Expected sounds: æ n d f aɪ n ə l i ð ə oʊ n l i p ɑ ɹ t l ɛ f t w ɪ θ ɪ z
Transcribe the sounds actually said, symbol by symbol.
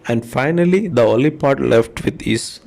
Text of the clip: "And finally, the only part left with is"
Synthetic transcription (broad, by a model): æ n d f aɪ n ə l i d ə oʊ l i p ɑ ɹ t l ɛ f t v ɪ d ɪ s